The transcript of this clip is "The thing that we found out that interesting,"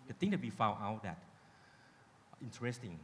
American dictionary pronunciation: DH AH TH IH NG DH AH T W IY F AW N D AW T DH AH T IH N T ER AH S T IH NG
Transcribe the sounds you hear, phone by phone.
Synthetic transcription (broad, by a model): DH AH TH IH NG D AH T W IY F AW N AW T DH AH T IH N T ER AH S T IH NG